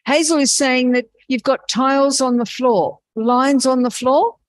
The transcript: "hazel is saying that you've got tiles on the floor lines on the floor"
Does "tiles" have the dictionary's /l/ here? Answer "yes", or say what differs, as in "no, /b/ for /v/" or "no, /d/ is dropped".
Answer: yes